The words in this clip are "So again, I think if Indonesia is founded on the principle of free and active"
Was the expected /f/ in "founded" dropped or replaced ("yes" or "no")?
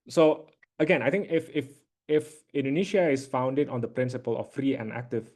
no